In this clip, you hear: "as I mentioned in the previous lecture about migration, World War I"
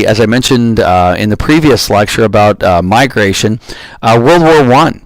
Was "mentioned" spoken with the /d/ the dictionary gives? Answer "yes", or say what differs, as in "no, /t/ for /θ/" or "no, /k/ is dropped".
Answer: yes